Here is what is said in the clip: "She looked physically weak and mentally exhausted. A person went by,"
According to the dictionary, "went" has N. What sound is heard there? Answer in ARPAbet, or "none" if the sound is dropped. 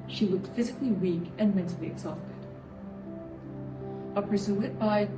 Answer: none